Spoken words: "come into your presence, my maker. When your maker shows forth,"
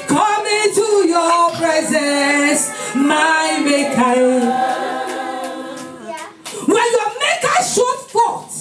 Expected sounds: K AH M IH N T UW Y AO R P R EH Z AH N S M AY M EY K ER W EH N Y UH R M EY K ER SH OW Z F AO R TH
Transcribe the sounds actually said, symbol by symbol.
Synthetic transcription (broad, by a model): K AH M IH T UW Y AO P R EH Z AH N S M AY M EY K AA W EH N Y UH M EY K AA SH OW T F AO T